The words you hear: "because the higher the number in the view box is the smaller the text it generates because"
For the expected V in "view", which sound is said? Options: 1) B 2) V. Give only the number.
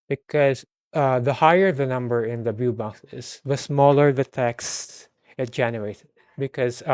1